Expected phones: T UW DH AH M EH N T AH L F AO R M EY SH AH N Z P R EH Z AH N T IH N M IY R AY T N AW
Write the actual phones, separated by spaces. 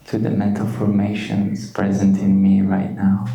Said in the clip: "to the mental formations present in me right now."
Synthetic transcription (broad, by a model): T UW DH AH M EH N T AH L F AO R M EY SH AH N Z P R EH Z AH N T IH N M IY R AY T N AW